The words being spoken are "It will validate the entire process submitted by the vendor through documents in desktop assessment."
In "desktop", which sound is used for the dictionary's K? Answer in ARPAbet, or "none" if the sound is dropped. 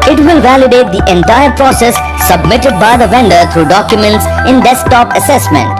none